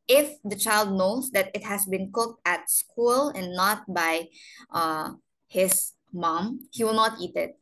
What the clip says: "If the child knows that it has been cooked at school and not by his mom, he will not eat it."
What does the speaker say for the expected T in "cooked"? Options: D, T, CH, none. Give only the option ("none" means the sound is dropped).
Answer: T